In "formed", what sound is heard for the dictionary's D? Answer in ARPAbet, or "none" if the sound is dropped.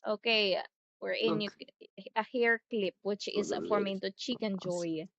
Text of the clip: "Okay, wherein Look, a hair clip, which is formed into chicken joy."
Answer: none